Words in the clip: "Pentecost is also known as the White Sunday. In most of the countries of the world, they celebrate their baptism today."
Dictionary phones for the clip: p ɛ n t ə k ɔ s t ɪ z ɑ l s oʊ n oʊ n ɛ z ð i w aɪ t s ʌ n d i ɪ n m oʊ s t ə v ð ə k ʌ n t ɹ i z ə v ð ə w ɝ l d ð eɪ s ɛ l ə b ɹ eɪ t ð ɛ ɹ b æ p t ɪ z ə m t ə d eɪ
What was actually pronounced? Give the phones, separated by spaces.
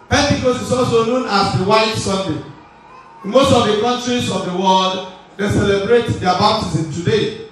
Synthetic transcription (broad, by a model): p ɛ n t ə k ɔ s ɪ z ɑ l s oʊ n oʊ n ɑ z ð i w aɪ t s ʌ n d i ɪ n m oʊ s t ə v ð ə k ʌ n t ɹ i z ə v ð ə w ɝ l d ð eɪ s ɛ l ə b ɹ eɪ t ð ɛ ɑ b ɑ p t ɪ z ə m t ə d eɪ